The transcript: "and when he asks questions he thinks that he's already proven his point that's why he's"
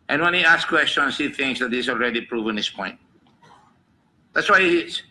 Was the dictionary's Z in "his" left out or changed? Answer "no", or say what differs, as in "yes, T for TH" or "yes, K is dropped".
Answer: yes, S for Z